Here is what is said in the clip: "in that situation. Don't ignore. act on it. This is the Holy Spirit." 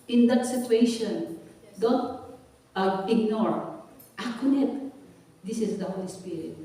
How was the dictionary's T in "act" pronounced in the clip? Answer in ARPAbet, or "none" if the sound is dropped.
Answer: none